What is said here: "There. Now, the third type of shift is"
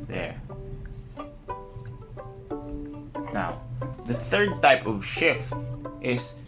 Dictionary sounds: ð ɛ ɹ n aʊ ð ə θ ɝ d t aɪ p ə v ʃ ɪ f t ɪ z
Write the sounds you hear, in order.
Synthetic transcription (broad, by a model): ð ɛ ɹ n aʊ ð ə θ ɝ d t aɪ p ə v ʃ ɪ f t ɪ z